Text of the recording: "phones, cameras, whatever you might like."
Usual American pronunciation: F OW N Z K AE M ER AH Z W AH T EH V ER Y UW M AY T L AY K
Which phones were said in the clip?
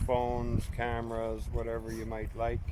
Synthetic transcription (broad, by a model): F OW N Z K AE M ER AH Z W AH T EH V ER Y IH M AY T L AY K